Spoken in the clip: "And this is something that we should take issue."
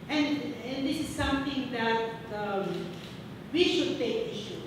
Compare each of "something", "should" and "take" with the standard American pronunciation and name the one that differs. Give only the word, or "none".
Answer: something